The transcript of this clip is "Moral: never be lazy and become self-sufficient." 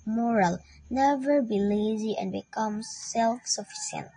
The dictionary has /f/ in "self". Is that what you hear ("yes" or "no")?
yes